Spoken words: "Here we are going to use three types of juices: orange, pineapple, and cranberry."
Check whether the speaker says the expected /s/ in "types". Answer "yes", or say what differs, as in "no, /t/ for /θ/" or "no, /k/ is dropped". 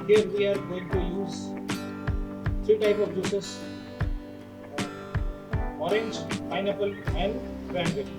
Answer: no, /s/ is dropped